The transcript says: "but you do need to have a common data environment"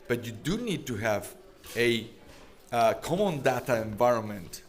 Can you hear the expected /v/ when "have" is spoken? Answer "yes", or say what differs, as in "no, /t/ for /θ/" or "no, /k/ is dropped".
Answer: yes